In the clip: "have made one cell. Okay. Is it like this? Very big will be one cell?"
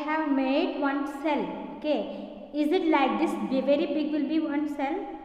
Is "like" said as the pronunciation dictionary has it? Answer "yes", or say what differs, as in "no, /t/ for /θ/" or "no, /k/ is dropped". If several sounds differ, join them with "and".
yes